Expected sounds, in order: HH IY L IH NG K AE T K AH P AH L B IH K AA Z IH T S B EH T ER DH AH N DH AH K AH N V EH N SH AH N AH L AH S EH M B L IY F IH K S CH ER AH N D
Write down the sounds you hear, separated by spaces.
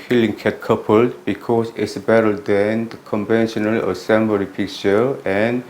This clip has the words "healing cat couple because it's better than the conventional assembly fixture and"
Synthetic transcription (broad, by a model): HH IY L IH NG K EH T K AH P AH L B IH K AA S IH T S B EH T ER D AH N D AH K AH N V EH N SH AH N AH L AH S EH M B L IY P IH K CH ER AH N